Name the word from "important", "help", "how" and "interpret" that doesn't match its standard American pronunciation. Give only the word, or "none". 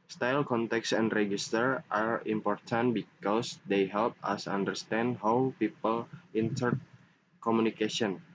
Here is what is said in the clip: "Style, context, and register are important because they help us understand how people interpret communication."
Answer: interpret